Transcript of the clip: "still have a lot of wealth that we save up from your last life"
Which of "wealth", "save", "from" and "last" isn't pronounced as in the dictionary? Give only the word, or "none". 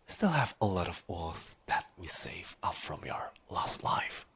wealth